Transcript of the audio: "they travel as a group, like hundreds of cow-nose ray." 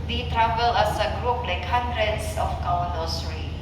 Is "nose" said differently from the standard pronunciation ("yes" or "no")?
yes